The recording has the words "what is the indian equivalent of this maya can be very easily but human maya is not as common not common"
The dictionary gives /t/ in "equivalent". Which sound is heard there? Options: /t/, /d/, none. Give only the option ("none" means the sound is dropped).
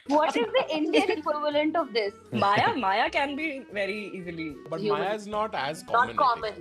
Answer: /t/